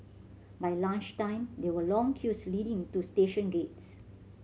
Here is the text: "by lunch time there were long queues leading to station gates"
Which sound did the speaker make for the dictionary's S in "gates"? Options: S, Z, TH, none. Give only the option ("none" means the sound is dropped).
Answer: S